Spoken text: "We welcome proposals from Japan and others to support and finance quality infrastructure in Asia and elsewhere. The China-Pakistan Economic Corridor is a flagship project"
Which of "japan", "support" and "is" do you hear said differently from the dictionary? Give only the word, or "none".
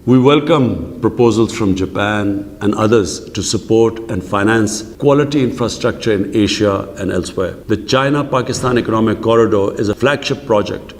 none